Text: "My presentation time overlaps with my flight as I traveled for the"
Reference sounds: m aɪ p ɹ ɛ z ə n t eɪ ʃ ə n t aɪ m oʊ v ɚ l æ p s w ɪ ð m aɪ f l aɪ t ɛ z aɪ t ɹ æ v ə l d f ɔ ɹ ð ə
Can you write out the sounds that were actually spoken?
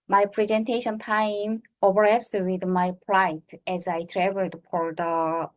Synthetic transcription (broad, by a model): m aɪ p ɹ ɛ z ə n t eɪ ʃ ə n t aɪ m oʊ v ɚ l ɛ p s w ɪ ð m aɪ p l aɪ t ɛ z aɪ t ɹ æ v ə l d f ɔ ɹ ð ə